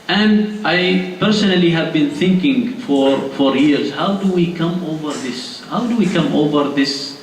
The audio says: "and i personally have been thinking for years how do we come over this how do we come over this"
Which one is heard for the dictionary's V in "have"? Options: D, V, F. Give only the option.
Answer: V